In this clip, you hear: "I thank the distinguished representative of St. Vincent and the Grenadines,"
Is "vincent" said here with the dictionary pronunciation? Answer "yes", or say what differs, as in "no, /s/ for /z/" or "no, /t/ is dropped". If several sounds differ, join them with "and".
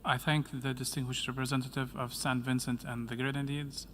yes